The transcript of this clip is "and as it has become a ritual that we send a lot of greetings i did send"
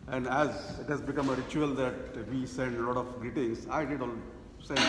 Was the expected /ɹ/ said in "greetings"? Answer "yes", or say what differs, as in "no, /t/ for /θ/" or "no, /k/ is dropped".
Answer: no, /ɹ/ is dropped